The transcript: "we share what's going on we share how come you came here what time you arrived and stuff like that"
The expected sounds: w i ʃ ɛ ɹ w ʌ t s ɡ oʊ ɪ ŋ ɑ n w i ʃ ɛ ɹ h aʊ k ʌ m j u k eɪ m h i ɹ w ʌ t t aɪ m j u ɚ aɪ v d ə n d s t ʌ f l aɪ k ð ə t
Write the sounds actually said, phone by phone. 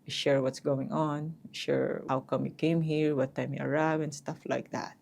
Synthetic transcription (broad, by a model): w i ʃ ɛ ɹ w ʌ t s ɡ oʊ ɪ ŋ ɑ n w i ʃ ɛ ɹ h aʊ k ʌ m j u k eɪ m h i ɹ w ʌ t t aɪ m j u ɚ aɪ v ə n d s t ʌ f l aɪ k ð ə t